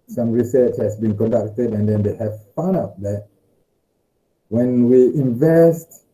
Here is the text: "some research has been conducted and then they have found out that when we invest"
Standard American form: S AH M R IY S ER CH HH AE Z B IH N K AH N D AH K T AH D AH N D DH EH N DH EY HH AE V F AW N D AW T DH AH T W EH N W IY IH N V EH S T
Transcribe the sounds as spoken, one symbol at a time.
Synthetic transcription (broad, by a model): S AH M R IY S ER CH HH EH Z B IH N K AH N D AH K T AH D AH N D EH N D EY HH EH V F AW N AW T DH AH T W EH N W IY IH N V EH S T